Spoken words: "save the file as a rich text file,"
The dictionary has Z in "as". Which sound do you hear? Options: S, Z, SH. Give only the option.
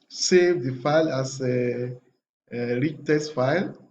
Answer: S